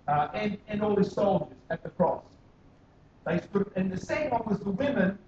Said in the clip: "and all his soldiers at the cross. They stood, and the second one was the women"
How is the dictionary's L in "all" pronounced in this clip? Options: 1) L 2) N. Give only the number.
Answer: 1